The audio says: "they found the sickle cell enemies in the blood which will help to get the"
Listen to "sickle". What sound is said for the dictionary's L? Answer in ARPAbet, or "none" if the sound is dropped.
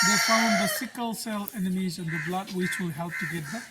L